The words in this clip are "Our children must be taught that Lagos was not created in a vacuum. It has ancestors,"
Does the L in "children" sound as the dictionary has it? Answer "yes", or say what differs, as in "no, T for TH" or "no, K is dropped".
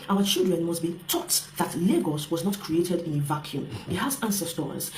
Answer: yes